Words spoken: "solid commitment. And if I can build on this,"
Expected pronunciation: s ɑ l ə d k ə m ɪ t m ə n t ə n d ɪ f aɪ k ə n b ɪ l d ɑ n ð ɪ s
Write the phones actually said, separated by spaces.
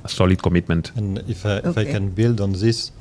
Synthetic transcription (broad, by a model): s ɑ l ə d k ə m ɪ t m ə n t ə n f ɪ f aɪ k ə n b ɪ l d ɑ n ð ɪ s